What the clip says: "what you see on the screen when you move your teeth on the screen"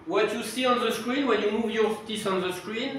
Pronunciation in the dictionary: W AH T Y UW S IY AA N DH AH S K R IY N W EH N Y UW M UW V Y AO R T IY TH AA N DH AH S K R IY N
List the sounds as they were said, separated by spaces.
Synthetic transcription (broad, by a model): W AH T Y UW S IY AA N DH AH S K R IY N W EH N Y UW M UW V Y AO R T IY S AA N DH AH S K R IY N